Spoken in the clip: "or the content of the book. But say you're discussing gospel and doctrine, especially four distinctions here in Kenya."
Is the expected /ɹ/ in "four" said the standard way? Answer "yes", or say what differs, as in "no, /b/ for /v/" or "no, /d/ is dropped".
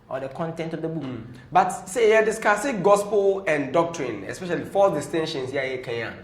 no, /l/ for /ɹ/